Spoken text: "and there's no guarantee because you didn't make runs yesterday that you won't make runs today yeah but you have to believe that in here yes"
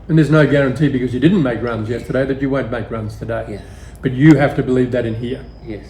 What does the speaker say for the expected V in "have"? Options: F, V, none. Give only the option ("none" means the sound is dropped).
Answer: F